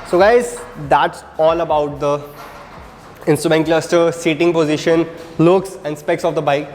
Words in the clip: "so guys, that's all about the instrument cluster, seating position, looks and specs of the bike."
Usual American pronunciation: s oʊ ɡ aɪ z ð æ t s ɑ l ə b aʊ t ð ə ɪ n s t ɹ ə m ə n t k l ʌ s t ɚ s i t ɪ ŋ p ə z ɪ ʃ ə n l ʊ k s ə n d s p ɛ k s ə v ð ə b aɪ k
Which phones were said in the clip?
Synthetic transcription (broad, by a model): s oʊ ɡ aɪ z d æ t s ɑ l ə b aʊ t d ə ɪ n s t ɹ ə m ə n t k l ʌ s t ɚ s i t ɪ ŋ p ə z ɪ ʃ ə n l ʊ k s ə n d s p ɛ k s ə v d ə b aɪ k